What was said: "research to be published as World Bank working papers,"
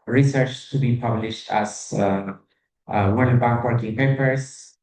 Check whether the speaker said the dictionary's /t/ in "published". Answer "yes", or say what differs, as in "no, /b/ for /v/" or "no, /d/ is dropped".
yes